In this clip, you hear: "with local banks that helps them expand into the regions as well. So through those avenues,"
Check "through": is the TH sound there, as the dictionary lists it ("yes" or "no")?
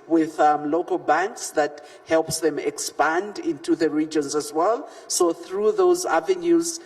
yes